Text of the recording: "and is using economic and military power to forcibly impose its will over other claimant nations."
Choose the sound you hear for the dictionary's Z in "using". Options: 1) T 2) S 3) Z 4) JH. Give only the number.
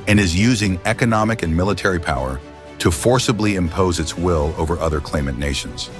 3